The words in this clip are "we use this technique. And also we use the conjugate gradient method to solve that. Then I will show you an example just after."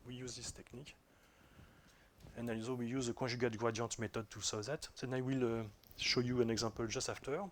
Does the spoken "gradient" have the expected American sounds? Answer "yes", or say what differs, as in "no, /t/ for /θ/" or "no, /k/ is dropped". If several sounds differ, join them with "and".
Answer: no, /n/ is dropped